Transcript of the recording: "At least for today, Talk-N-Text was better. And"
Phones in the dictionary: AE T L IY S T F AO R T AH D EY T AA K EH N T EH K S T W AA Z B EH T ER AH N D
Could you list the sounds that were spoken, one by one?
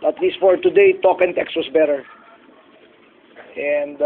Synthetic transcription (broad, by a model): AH T L IY S T F AO R T AH D EY T AA K EH N T EH K S T W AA S B EH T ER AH N D